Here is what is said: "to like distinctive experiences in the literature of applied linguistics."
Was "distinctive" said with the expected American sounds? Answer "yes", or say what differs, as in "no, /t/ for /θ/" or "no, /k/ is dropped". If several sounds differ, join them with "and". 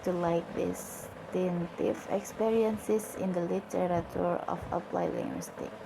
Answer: no, /k/ is dropped